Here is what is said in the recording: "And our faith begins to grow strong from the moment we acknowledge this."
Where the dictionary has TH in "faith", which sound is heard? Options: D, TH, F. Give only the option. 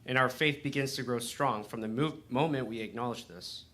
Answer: TH